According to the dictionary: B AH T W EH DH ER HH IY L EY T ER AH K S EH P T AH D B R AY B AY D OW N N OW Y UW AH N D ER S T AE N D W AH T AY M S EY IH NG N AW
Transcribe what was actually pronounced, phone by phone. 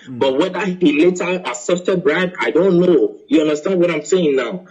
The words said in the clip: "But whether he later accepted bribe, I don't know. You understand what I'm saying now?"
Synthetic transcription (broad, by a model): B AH T W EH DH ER HH IY L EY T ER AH S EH F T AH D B R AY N AY D OW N N OW Y UW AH N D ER S T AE N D W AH T AY M S EY IH NG N AW